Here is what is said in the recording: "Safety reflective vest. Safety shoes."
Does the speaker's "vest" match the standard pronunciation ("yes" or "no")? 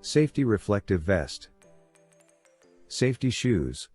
yes